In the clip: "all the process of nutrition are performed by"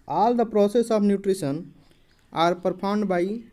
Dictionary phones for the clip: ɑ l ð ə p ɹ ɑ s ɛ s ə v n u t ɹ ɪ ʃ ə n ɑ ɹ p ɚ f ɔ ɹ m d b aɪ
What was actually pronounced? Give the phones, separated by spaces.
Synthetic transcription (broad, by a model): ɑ l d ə p ɹ ɑ s ɛ s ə b n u t ɹ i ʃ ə n ɑ ɹ p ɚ p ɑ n d b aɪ